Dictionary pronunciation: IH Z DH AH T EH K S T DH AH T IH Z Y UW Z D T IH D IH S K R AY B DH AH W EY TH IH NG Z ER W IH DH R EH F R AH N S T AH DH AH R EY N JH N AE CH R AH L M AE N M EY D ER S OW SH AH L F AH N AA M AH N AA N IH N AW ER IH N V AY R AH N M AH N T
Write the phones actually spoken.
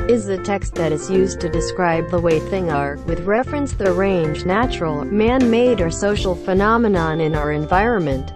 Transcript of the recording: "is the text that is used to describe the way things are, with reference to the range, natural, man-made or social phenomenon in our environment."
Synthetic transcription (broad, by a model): IH Z DH AH T EH K S T DH AH T IH Z Y UW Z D T IH D IH S K R AY B DH AH W EY TH IH NG ER W IH DH R EH F R AH N S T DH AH R EY N JH N AE CH R L M AE N M EY D ER S OW SH L F AH N AA M AH N AA N IH N AW ER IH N V AY R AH N M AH N T